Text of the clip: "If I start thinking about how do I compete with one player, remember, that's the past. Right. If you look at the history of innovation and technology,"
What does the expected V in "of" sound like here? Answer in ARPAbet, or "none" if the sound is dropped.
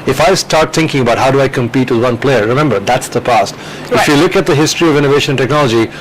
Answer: V